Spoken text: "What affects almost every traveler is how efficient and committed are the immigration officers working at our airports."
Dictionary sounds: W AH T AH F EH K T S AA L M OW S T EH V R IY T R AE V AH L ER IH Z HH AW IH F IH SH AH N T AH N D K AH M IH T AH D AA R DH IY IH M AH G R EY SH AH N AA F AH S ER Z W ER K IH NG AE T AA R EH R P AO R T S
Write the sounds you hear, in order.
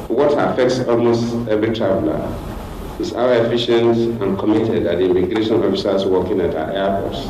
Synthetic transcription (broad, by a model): W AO T AH F EH K T S AA L M OW S T EH V R IY T R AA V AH L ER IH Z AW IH F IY SH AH N T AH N K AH M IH T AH D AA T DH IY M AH G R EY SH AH N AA F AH S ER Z W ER K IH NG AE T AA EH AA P AO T S